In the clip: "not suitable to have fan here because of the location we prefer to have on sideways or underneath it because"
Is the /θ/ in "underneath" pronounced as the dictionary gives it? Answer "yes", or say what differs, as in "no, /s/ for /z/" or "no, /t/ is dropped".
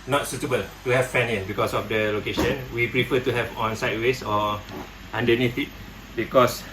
no, /t/ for /θ/